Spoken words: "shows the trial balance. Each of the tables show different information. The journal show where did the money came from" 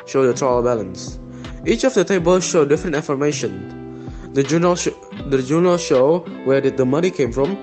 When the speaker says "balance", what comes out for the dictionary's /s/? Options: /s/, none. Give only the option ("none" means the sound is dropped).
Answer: /s/